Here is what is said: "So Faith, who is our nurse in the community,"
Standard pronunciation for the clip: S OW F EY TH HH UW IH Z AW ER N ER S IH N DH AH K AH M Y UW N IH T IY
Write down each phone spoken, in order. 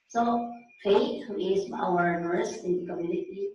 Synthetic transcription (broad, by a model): S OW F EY T HH UW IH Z AW ER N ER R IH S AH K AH M Y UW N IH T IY